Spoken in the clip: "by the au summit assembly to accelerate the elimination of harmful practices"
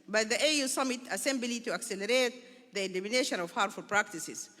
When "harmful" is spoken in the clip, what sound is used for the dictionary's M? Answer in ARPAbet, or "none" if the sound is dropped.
none